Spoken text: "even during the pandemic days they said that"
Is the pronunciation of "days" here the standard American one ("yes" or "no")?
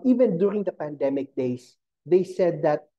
no